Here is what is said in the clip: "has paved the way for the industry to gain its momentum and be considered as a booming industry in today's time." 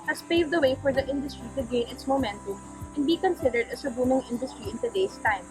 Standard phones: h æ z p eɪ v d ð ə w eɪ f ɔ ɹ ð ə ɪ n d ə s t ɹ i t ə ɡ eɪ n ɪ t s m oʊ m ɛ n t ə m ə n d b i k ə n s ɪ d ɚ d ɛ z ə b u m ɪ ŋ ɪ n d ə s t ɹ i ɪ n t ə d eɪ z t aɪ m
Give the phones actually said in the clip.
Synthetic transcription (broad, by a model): h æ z p eɪ v d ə w eɪ f ɔ ɹ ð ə ɪ n d ə s t ɹ i t ə ɡ eɪ n ɪ t s m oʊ m ɛ n t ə m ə n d b i k ə n s ɪ d ɚ d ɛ s ə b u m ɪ ŋ ɪ n d ə s t ɹ i ɪ n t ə d eɪ s t aɪ m